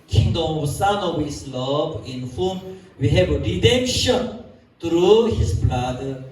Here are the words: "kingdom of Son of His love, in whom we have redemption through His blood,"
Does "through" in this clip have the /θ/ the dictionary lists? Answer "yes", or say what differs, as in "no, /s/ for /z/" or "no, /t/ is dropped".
no, /t/ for /θ/